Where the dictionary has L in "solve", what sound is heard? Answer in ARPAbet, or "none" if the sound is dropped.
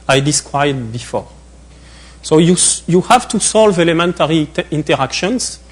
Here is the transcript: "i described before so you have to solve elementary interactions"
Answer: L